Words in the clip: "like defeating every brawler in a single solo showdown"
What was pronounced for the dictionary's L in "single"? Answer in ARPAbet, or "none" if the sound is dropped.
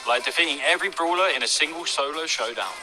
L